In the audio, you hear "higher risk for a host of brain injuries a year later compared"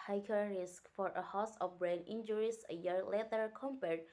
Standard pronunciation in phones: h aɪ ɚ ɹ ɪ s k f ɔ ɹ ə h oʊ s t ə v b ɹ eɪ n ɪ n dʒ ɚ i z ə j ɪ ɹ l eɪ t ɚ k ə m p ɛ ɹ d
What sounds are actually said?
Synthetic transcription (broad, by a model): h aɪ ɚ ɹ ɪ s k f ɔ ɹ ə h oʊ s ə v b ɹ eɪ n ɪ n dʒ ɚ i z ə j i ɹ l eɪ t ɚ k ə m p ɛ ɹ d